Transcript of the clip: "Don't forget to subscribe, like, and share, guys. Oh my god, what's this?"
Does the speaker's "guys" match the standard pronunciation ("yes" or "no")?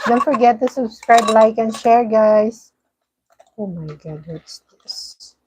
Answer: no